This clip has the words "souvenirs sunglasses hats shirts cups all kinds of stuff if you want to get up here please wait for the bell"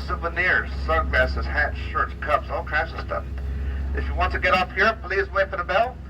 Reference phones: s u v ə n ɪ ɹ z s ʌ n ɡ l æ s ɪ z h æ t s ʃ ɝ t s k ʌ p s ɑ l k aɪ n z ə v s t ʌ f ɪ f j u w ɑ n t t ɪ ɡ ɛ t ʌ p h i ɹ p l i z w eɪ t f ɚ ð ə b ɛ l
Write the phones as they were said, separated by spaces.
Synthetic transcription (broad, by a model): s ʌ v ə n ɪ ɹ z s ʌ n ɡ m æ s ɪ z h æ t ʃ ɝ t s k ʌ p s ɑ l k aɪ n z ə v s t ʌ f ɪ f j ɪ w ɑ n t t ɪ ɡ ɛ t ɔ f h i ɹ p l i z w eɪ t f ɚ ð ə b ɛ l